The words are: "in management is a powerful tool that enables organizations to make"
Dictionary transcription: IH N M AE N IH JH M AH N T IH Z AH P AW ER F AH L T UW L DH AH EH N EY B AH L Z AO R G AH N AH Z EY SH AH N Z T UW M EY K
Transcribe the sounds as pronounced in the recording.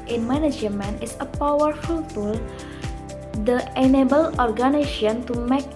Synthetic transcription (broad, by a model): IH N M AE N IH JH M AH N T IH S AH P AW ER F AH L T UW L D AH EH N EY B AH L AO R G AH N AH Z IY AH N T UW M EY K